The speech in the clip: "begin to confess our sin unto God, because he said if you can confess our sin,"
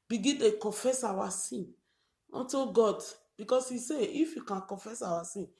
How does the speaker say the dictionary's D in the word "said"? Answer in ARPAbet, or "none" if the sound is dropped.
none